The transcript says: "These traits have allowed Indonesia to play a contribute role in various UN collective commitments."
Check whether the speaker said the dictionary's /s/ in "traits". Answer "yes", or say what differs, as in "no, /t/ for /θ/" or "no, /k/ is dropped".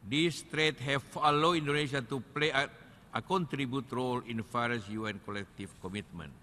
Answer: no, /s/ is dropped